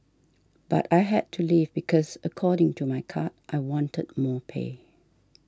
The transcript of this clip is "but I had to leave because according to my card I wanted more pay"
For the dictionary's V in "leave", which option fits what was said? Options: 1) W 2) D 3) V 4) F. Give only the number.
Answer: 3